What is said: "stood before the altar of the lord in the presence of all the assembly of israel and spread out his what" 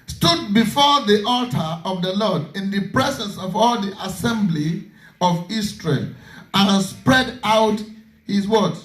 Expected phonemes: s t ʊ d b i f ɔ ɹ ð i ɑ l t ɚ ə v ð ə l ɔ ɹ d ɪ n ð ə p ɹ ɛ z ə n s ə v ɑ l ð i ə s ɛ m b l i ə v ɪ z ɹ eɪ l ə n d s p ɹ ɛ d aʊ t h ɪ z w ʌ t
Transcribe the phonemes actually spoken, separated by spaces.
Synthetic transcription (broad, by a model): s t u d b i f ɔ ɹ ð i ɑ l t ɚ ə v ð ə l ɔ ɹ d ɪ n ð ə p ɹ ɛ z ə n s ə v ɑ l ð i ə s ɛ m b l i ə v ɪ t ɹ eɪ l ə n s p ɹ ɛ d aʊ t h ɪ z w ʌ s